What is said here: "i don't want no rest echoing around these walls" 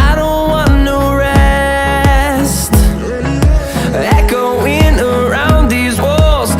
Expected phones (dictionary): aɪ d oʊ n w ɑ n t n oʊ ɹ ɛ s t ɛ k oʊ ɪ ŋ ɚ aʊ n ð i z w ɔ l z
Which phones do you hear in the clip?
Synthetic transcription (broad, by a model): aɪ d oʊ n w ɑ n n oʊ ɹ ɛ s t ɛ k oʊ ɪ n ɚ aʊ n ð i z w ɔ l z